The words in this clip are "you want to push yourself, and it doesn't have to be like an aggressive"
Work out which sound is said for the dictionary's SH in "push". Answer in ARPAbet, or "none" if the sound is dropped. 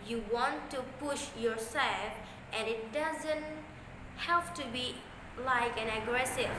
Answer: SH